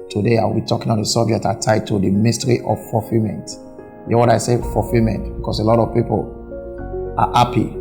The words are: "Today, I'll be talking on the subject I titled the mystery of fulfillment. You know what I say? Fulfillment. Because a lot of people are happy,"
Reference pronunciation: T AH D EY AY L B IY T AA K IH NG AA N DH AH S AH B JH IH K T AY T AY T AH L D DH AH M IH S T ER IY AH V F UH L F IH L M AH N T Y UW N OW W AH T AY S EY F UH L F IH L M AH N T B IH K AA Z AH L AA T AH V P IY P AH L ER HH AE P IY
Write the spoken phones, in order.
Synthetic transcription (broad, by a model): T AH D EY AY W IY T AA K IH NG AA N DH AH S AH B JH IH K T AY T AY T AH D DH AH M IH S T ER IY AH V F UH F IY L M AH N T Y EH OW W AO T AY S EY F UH F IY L M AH N T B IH K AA S AH L AA T AH V P IY P AH L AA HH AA P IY